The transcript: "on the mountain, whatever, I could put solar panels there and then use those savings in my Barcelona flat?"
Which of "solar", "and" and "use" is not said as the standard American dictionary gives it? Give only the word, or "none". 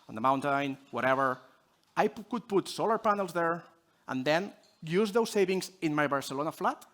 none